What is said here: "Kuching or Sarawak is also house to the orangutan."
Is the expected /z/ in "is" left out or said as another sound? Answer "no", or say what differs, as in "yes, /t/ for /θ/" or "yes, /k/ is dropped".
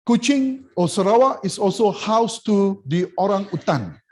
yes, /s/ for /z/